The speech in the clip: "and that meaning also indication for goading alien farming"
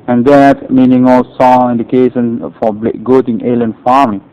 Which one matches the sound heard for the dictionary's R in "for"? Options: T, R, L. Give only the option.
L